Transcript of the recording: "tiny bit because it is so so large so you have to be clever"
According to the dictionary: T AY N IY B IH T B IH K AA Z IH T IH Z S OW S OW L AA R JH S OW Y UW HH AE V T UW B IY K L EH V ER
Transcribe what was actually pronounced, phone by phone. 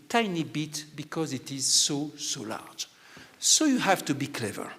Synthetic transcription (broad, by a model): T AY N IY B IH T B IH K AA Z IH T IH Z S OW S OW L AA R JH S OW Y UW HH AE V T UW B IY K L EH V ER